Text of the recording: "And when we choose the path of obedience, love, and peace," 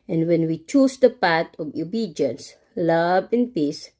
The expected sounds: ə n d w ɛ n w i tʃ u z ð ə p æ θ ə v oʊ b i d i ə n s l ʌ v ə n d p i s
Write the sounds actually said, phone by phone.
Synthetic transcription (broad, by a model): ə n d w ɛ n w i tʃ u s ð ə p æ t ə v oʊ b i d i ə n s l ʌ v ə n p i s